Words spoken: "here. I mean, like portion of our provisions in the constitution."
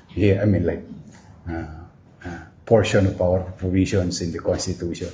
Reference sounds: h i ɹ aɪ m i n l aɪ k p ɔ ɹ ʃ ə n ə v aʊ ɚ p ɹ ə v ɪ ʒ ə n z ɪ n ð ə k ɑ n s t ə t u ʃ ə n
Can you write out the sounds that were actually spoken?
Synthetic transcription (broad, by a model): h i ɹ aɪ m i n l aɪ k p ɔ ɹ ʃ ə n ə p aʊ ɚ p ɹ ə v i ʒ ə n s ɪ n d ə k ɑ n s t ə t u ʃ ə n